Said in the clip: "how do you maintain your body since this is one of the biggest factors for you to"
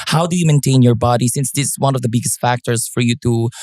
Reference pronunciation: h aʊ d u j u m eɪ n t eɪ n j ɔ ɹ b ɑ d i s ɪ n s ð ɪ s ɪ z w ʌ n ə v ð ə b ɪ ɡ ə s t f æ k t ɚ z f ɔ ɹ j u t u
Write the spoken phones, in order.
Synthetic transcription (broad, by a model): h aʊ d u j u m eɪ n t eɪ n j ɔ ɹ b ɑ d i s ɪ n s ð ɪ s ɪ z w ʌ n ə v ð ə b ɪ ɡ ə s t f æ k t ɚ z f ɔ ɹ j u t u